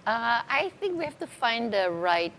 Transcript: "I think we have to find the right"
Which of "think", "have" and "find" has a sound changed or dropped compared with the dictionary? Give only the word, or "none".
have